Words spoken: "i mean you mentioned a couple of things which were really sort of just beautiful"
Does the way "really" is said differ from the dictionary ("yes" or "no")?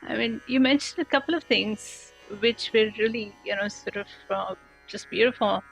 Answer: yes